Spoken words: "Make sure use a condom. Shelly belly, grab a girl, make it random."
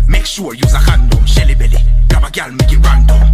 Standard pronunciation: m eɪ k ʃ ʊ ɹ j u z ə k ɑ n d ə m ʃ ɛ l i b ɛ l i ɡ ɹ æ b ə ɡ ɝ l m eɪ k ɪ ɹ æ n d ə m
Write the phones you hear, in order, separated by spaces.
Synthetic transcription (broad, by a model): m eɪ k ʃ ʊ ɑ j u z ə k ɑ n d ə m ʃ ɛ l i b ɛ l i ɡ ɑ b ə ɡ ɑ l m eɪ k ɪ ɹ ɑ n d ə